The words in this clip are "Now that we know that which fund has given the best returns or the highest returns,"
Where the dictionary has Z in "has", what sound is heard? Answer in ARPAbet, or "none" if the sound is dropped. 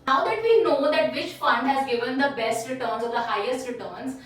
Z